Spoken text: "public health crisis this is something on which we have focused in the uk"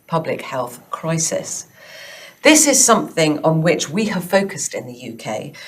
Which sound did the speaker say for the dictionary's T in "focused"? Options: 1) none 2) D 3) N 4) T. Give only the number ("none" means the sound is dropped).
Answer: 4